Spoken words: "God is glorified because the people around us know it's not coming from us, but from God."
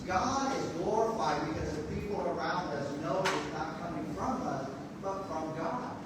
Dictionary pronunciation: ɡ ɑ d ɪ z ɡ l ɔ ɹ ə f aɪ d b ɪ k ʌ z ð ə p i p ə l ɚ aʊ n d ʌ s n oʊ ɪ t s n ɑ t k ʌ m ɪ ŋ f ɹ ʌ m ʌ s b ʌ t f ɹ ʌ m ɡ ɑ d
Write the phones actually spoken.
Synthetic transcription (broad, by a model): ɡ ɑ d ɪ z ɡ l ɔ ɹ ə f aɪ d b ɪ k ʌ z ð ə p i p l ɚ aʊ n d ʌ s n oʊ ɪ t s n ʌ t k ʌ m ɪ ŋ f ɹ ʌ m ʌ s b ʌ t f ɹ ʌ m ɡ ɑ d